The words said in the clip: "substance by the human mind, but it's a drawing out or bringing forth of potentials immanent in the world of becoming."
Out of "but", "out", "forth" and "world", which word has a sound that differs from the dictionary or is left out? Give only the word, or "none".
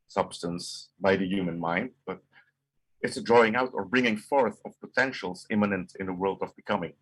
none